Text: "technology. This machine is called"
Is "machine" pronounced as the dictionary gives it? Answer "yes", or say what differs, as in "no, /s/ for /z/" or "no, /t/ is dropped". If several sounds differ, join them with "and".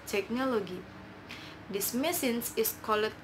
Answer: no, /s/ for /ʃ/